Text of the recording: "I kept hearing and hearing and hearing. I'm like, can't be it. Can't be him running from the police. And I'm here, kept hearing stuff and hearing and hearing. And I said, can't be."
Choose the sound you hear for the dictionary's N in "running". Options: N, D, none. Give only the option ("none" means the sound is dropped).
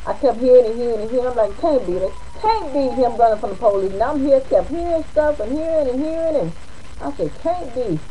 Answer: none